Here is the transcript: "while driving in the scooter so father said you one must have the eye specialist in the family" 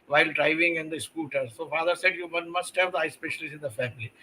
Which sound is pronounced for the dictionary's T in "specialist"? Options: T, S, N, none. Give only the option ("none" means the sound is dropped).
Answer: none